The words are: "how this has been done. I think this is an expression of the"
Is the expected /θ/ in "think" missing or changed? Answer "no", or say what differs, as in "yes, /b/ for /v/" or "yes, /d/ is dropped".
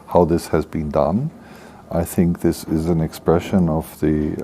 no